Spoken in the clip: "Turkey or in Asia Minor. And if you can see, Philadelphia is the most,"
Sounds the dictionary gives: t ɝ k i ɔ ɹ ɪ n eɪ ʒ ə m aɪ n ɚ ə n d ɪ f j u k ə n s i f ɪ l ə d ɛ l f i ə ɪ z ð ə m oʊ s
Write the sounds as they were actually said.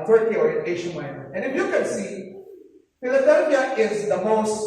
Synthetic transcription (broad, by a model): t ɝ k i ɔ ɹ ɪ n eɪ ʃ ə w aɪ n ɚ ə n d ɪ f j u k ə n s i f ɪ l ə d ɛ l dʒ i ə ɪ z ð ə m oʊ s